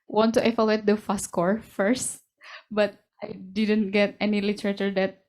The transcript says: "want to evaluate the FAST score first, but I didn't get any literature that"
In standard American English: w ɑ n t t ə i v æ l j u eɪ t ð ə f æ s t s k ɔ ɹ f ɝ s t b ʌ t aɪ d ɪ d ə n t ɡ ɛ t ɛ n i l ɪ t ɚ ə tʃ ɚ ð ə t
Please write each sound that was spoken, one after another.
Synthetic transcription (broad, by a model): w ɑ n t t ə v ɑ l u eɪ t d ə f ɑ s s k ɔ ɹ f ɝ s t b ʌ t aɪ d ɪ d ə n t ɡ ɛ t ɛ n i l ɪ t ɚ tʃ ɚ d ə t